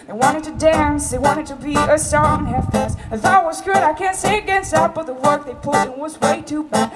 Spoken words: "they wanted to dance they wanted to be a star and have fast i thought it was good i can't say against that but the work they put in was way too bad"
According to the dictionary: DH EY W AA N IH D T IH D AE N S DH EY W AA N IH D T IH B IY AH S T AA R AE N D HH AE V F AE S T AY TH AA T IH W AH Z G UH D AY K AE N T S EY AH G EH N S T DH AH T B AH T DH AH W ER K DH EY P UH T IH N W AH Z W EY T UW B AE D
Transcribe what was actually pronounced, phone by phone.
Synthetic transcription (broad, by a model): DH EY W AA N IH D T IH D AE N S DH EY W AA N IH D T IH B IY AH S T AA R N HH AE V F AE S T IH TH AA IH W AH Z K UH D AY K AE N T S EY AH G EH N S T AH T B AH T DH AH W ER K DH EY P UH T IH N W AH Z W EY T UW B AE